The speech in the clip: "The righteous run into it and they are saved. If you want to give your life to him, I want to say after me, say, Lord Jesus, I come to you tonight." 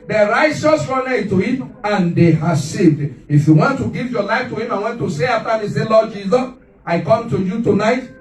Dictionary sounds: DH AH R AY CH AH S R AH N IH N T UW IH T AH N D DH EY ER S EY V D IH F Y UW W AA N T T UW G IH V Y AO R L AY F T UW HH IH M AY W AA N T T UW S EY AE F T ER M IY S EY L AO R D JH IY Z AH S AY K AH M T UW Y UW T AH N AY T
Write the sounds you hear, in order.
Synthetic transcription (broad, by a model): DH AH R AY CH AH S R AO N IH T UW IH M AH N D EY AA S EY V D IH F Y UW W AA N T T UW G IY V Y AO L AY F T UW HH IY M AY W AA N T T UW S EY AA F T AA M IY S EY L AO D JH IY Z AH S AY K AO M T UW Y UW T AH N AY T